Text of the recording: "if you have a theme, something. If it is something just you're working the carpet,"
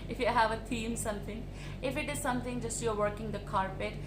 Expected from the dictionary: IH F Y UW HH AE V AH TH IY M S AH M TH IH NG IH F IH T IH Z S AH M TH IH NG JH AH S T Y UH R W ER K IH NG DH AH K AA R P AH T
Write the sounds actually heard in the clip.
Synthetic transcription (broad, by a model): IH F Y UW HH AE V AH T IY M S AH M T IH NG IH F IH T IH Z S AH M T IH NG JH AH S T Y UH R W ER K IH NG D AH K AA R P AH T